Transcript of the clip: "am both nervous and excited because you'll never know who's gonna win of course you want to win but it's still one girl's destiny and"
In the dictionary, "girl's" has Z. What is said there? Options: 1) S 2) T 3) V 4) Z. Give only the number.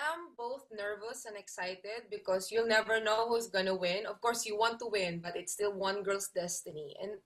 1